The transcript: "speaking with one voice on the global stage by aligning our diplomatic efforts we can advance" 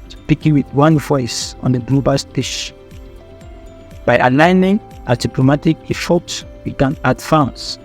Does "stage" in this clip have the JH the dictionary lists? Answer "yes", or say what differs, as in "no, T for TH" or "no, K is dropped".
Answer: no, SH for JH